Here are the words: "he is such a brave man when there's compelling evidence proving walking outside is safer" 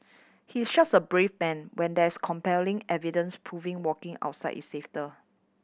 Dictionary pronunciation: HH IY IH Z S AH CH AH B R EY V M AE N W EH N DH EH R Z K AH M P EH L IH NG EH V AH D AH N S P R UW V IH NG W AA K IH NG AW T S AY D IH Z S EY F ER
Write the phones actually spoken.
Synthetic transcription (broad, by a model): HH IY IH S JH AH S AH B R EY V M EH N W EH N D EH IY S K AH M P EH L IH NG EH V AH D AH N S P R UW V IH NG W AA K IH NG AW T S AY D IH S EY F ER